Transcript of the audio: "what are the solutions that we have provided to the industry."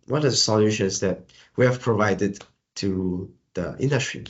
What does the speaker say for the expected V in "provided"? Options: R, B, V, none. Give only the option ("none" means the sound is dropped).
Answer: V